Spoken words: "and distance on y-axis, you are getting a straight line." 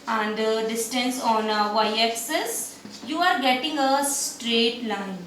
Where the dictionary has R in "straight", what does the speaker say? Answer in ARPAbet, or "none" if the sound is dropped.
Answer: R